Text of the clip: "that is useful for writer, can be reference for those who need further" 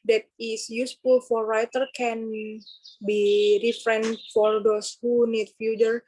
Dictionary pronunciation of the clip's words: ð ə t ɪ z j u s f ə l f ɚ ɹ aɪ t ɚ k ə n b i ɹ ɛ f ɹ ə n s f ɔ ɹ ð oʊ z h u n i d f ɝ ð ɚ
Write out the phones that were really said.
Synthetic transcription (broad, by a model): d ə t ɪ s j u s f ə l f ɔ ɹ aɪ t ɚ k ə n b i ɹ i f ɹ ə n f ɔ ɹ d oʊ s h u n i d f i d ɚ